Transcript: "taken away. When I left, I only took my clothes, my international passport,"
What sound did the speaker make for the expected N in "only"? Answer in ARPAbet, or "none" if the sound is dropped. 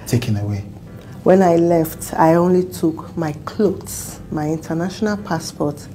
N